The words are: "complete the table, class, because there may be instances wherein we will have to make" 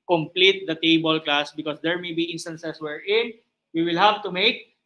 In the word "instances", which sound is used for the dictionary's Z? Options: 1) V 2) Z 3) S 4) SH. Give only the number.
3